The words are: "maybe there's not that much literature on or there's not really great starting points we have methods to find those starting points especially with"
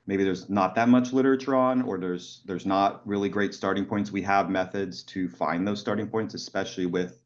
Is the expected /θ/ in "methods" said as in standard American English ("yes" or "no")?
yes